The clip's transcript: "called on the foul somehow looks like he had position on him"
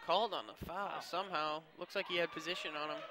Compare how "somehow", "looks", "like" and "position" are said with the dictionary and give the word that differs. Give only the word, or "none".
none